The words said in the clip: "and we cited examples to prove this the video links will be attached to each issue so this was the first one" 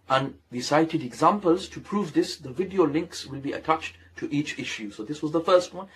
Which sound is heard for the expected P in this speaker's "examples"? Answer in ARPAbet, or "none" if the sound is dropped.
P